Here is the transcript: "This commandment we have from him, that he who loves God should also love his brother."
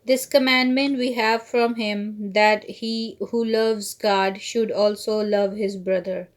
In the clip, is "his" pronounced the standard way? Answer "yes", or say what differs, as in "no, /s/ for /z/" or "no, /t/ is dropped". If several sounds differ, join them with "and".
yes